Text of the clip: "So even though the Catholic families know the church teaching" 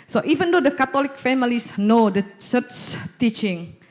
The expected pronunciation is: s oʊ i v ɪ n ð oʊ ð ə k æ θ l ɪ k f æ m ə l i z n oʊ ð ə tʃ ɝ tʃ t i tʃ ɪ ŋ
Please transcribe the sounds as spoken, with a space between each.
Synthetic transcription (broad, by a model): s oʊ i v ɪ n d oʊ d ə k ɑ t l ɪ k f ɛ m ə l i s n oʊ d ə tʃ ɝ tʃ t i tʃ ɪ ŋ